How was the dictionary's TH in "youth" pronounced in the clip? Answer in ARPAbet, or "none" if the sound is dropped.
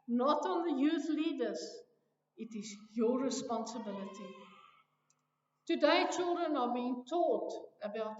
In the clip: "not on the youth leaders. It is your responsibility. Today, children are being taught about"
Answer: TH